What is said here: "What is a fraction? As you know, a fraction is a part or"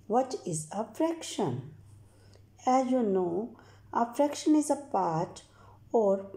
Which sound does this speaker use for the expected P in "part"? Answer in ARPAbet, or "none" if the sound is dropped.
P